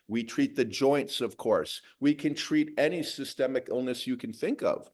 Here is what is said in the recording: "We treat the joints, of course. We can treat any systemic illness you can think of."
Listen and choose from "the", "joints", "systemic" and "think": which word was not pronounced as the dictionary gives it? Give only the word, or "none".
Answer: none